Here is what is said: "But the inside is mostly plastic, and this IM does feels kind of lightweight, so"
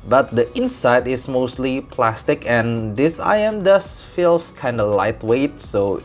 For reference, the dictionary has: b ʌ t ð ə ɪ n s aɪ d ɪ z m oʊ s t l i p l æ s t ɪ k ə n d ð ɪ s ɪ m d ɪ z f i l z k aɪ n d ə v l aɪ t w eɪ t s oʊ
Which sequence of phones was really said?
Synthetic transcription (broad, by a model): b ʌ t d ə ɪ n s aɪ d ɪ s m oʊ s t l i p l æ s t ɪ k ə n d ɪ s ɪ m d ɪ s f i l s k aɪ n d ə l aɪ t w eɪ t s oʊ